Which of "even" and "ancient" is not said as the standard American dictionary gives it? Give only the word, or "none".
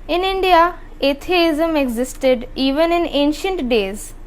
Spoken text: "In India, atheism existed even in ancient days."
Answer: none